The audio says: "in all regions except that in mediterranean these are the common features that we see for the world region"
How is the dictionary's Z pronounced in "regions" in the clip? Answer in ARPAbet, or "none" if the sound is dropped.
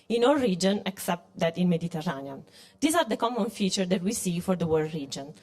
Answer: none